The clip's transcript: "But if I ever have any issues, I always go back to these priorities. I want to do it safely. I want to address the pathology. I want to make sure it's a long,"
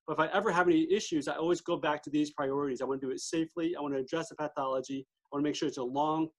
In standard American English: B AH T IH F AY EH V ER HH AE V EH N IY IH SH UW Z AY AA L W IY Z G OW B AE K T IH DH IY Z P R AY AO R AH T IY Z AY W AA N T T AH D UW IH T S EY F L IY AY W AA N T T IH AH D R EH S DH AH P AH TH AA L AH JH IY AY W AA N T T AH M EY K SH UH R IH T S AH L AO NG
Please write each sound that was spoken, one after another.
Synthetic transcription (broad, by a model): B AH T IH F AY EH V ER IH V EH N IY IH SH UW Z AY AA L W IY Z G OW B AE K T IH DH IY Z P R AY AO R AH T IY Z AY W AA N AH D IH IH T S EY F L IY AY W AA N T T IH D R EH S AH P AH TH AA L AH JH IY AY W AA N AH M EY K SH UH R IH T S AH L AO NG